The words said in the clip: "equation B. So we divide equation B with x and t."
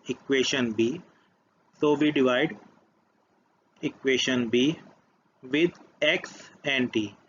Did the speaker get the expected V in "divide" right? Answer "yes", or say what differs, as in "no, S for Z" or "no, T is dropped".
yes